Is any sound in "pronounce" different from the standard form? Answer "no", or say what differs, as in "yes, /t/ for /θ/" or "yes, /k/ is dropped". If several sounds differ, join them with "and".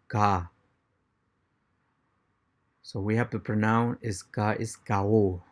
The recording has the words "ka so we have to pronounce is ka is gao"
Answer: yes, /s/ is dropped